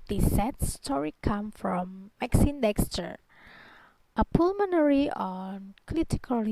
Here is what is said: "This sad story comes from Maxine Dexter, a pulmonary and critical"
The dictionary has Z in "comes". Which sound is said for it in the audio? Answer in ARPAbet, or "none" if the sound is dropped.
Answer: none